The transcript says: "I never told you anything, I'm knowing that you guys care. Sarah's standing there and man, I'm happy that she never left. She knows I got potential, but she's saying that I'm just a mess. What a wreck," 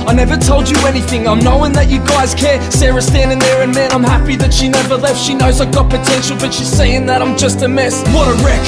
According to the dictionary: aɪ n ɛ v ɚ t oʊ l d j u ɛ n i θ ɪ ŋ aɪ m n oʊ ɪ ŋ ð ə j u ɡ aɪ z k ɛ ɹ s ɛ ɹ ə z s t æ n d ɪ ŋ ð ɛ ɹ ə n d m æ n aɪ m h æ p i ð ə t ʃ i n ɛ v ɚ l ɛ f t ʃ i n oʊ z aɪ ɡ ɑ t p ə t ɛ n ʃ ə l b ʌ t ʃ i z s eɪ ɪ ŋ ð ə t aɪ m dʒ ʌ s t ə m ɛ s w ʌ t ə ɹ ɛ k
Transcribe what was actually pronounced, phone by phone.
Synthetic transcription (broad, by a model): aɪ n ɛ v ɚ t oʊ l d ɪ ɛ n i θ ɪ ŋ aɪ m n oʊ ɪ ŋ ð ə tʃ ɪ ɡ aɪ z k ɛ ɹ s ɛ ɹ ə s t æ n d ɪ ŋ ð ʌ ɹ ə n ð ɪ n aɪ m h æ p i ð ə t ʃ i n ɛ v ɚ l ɛ f t ʃ i n oʊ z aɪ ɡ ɑ t p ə t ɛ n ʃ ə l b ʌ t ʃ i z s eɪ ɪ ŋ ð ə t aɪ m dʒ ʌ s t ə m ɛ s w ʌ t ə ɹ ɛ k